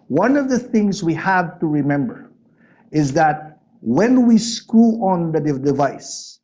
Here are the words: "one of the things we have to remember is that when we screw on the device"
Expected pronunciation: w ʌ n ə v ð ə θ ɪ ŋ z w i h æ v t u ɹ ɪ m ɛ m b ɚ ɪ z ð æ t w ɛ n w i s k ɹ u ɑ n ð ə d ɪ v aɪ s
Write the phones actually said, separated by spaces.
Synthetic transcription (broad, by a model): w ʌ n ə v ð ə θ ɪ ŋ z w i h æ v t u ɹ ɪ m ɛ m b ɚ ɪ z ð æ t w ɛ n w i s k u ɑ n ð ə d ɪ v aɪ s